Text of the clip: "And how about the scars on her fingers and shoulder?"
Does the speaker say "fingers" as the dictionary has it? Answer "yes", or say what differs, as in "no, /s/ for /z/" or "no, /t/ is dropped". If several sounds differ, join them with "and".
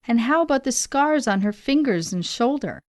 yes